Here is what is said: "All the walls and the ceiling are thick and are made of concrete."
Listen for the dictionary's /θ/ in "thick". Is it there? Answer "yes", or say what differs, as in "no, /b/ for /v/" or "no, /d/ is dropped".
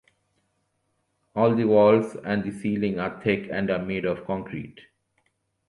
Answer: no, /t/ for /θ/